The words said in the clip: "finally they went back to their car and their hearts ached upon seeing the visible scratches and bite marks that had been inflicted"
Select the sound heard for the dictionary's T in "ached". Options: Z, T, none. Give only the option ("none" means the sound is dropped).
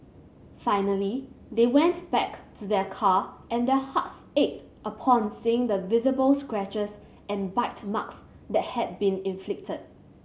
T